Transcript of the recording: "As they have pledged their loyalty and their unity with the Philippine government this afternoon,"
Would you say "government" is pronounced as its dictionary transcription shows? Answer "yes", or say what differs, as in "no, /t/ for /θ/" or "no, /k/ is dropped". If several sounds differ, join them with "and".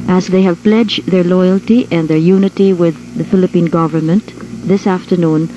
yes